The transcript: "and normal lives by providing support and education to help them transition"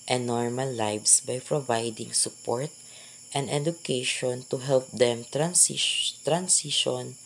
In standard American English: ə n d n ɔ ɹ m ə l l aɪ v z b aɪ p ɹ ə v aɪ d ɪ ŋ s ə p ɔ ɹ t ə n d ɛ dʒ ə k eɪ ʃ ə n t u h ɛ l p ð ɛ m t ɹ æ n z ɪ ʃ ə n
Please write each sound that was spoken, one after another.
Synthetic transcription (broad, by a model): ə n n ɔ ɹ m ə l l aɪ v s b aɪ p ɹ ə v aɪ d ɪ ŋ s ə p ɔ ɹ t ə n d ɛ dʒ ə k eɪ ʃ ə n t u h ɛ l p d ɛ m t ɹ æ n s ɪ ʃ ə n